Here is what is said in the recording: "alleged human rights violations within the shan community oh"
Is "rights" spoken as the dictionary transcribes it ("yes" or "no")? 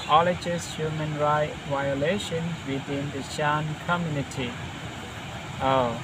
no